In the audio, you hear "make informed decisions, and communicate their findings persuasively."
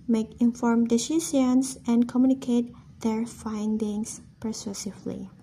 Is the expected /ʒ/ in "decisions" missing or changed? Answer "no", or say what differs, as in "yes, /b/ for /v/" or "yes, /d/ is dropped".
yes, /s/ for /ʒ/